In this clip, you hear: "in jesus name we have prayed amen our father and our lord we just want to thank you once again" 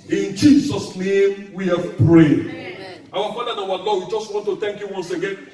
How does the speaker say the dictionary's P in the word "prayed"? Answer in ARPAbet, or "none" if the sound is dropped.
P